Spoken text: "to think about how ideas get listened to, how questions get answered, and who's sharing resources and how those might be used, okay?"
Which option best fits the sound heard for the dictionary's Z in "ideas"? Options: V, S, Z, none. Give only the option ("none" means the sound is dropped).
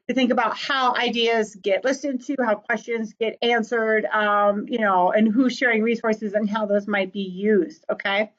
Z